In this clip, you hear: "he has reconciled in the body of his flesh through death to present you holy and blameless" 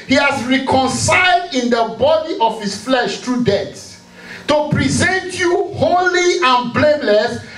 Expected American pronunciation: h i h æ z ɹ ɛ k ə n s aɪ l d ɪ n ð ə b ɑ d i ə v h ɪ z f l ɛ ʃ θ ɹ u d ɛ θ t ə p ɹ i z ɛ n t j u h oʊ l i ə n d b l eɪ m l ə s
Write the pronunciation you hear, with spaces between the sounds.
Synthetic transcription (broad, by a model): h i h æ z ɹ ɛ k ə n s aɪ l d ɪ n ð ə b ɑ d i ə v h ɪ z f l ɛ ʃ t ɹ u d ɛ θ t ə p ɹ i z ɛ n t j u h oʊ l i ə n b l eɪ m l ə s